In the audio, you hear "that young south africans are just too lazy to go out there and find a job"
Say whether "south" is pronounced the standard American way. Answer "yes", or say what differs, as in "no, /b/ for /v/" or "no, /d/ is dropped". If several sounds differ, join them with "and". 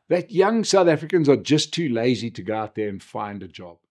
yes